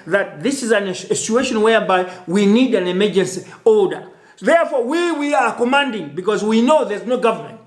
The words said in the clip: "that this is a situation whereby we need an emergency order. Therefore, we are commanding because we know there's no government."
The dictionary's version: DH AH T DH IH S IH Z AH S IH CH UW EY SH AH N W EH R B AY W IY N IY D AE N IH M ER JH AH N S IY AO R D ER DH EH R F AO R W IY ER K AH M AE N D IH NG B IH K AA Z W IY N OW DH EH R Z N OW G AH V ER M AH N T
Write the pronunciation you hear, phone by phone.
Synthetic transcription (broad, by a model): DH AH T DH IH S IH Z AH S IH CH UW EY SH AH N W EH R B AY W IY N IY D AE N IH M ER JH AH N S IY AO L D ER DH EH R F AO W W IY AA K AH M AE N D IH NG B IH K AA Z W IY N OW DH EH R Z N OW G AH V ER M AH N T